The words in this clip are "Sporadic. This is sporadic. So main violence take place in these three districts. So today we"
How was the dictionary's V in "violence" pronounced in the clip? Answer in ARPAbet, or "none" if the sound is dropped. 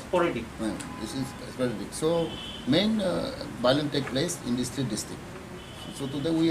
B